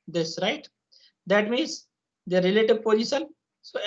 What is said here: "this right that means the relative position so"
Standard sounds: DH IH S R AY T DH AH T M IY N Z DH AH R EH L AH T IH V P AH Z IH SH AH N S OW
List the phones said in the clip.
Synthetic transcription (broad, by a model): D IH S R AY T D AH T M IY N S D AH R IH L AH T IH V P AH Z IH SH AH N S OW